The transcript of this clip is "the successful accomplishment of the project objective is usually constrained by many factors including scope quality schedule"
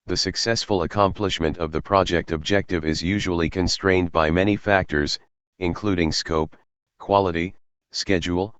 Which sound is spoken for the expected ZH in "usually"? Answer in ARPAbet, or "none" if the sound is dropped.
ZH